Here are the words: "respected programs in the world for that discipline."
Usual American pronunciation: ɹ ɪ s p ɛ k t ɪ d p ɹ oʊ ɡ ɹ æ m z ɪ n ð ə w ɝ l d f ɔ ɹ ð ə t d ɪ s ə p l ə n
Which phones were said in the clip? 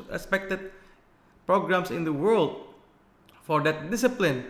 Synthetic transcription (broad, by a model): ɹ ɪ s p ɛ k t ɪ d p ɹ oʊ ɡ ɹ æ m s ɪ n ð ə w ɝ l d f ɔ ɹ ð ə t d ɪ s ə p l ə n